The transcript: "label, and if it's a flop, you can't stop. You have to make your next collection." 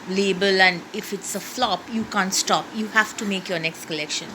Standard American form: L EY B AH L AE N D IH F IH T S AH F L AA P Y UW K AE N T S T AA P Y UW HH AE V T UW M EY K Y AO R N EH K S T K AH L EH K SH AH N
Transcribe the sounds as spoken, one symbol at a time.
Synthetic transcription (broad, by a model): L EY B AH L AE N D IH F IH T S AH F L AA P Y UW K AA N T S T AA P Y UW HH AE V T UW M EY K Y AO R N EH K S T K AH L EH K SH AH N